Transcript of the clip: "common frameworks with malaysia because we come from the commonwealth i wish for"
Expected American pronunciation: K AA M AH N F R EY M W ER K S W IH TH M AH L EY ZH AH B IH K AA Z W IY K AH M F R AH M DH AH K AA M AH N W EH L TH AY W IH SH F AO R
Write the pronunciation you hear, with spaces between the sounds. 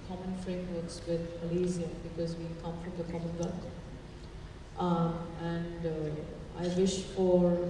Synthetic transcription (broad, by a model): K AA M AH N F R EY M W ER K S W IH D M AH L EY Z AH B IH K AA Z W IY K AH M F R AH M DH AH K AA M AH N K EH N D AY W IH SH F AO R